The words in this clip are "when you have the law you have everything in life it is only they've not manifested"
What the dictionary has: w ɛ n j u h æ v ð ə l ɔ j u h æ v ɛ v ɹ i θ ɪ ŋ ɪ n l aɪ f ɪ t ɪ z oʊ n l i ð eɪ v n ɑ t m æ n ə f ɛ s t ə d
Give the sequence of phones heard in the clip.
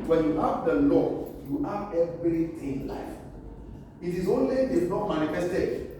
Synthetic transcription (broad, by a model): w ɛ n j u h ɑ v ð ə l ɔ j u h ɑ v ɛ v ɹ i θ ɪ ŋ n l aɪ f ɪ t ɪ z oʊ n l i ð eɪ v n ɑ t m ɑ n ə f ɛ s t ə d